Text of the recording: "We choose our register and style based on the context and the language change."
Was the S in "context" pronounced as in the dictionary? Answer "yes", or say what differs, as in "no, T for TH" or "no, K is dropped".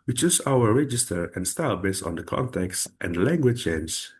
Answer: yes